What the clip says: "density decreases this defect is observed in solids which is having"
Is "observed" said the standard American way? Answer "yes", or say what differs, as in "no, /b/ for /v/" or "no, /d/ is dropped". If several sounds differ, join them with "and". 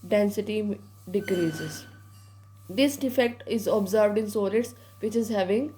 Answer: yes